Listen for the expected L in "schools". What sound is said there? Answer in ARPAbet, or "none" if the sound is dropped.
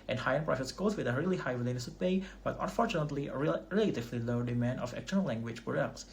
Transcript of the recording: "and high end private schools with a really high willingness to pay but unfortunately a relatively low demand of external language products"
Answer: none